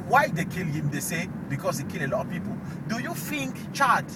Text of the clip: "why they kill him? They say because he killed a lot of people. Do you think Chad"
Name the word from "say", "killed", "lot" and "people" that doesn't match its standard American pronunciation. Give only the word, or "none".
killed